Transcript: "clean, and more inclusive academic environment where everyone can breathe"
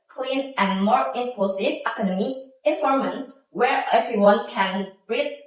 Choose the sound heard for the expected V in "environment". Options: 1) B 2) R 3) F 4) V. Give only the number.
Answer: 3